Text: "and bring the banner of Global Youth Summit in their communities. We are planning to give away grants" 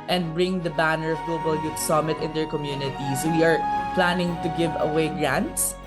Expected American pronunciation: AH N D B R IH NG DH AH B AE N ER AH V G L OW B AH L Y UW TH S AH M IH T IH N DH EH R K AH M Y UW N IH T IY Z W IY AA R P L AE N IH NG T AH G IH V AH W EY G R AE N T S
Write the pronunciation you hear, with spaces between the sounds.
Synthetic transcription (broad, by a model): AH N D B R IH NG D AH B AE N ER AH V G L OW B AH L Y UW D S AH M IH T IH N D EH R K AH M Y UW N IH T IY S W IY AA R P L AE N IH NG T AH G IH V AH W EY G R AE N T S